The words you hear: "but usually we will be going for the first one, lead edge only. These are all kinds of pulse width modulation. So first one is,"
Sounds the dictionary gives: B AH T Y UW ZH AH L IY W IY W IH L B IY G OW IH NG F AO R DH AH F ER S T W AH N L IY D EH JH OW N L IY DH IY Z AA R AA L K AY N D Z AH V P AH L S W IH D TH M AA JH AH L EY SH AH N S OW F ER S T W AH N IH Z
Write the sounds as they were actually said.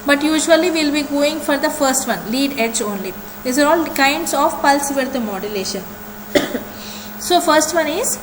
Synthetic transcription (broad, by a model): B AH T Y UW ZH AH IY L IY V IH L B IY G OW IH NG F AO R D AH F ER S T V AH N L IY D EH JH OW N L IY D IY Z AA R AA L K AY N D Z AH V P AH L S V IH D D M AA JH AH L EY SH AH N S OW F ER S T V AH N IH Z